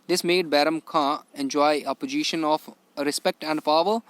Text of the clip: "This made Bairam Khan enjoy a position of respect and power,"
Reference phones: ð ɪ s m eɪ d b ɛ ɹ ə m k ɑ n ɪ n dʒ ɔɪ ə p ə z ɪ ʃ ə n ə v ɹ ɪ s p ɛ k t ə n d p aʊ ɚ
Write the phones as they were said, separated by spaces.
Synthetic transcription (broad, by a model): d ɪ s m eɪ d b ɛ ɹ ə m k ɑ ɪ n dʒ ɔɪ ə p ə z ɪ ʃ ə n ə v ɹ ɪ s p ɛ k t ə n d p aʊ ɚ